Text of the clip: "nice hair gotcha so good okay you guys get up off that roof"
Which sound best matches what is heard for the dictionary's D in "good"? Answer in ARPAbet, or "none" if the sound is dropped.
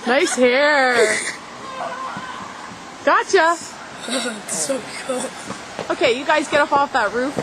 none